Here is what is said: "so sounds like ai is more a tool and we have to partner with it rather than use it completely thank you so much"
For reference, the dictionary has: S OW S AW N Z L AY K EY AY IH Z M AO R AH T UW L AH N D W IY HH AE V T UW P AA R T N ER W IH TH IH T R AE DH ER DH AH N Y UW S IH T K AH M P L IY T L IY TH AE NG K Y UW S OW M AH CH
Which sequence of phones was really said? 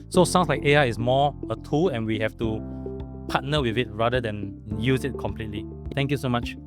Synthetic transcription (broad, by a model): S OW S AW N S L AY K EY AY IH S M AO AH T UW L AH N W IY HH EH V T UW P AA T N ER W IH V IH T R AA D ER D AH N Y UW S IH T K AH M P L IY T L IY T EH NG K Y UW S OW M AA CH